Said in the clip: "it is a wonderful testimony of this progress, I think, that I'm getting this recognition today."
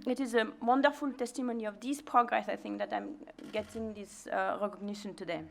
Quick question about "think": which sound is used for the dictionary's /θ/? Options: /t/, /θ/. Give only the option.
/θ/